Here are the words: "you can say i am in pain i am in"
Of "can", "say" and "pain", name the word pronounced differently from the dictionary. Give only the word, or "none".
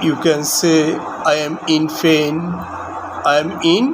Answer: pain